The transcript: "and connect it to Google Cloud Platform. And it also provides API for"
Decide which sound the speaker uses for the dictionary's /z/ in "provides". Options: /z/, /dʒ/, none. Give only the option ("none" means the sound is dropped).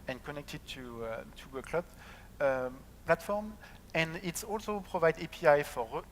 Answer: none